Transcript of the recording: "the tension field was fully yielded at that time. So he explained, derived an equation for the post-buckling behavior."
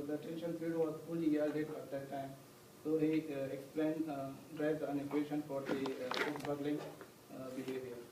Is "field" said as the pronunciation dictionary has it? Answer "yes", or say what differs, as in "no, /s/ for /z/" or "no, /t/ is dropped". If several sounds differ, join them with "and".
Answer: no, /l/ is dropped